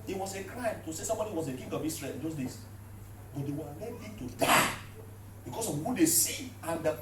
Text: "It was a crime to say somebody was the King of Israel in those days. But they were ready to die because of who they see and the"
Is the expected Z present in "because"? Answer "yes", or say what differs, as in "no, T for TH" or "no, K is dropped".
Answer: no, S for Z